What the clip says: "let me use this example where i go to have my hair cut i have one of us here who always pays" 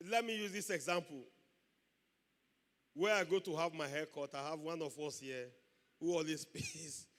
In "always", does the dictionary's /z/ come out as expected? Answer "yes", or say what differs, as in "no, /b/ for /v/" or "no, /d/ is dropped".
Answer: no, /s/ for /z/